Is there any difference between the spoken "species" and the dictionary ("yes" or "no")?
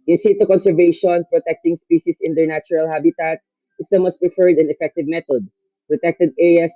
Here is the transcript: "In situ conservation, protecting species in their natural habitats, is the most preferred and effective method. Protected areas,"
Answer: yes